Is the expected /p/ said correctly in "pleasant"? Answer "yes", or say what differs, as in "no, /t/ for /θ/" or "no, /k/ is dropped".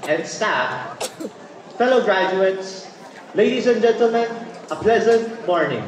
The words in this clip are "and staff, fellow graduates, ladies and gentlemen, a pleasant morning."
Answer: yes